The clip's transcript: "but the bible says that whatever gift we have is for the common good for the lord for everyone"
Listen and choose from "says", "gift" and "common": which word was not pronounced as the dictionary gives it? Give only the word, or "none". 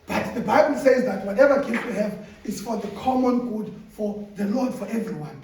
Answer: gift